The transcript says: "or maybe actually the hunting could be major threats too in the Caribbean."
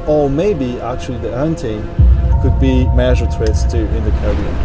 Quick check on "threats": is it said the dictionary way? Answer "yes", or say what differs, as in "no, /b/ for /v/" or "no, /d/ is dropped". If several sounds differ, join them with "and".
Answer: no, /t/ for /θ/